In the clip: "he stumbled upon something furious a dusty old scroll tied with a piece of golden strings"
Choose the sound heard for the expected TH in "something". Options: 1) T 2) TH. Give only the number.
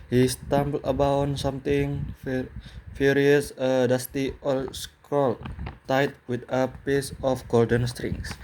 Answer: 1